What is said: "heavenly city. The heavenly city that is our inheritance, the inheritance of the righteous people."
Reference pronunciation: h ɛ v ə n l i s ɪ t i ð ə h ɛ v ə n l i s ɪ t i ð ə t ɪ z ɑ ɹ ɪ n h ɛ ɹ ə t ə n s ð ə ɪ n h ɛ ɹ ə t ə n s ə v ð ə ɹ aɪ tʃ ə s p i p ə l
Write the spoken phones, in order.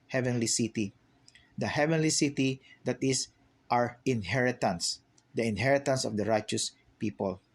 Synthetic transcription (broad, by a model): h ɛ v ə n l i s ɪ t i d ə h ɛ v ə n l i s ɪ t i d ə t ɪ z ɑ ɹ ɪ n h ɛ ɹ ə t ə n s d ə ɪ n h ɛ ɹ ə t ə n s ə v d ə ɹ aɪ tʃ ə s p i p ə l